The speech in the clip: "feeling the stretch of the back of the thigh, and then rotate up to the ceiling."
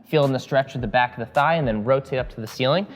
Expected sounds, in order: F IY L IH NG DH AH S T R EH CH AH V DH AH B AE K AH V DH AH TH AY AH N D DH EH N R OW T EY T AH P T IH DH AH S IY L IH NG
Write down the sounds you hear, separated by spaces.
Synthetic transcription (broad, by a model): F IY L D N DH AH S T R EH CH AH V DH AH B AE K AH V DH AH TH AY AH N DH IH N R OW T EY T AH P T IH DH AH S IY L IH NG